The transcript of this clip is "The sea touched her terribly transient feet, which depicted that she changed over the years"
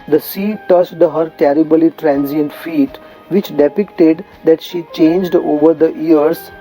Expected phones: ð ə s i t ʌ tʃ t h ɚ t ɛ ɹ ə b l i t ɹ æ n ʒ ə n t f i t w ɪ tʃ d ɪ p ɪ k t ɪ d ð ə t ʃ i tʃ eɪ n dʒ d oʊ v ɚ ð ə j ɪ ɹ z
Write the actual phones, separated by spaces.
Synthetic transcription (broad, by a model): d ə s i t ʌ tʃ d h ɚ t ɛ ɹ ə b l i t ɹ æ n z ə n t f i t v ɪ tʃ d ɪ p ɪ k t ɪ d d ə t ʃ i tʃ eɪ n dʒ d oʊ v ɚ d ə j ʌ ɹ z